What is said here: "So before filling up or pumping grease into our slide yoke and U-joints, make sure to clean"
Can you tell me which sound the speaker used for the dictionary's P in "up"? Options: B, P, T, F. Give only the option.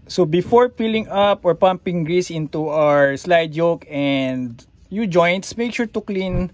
P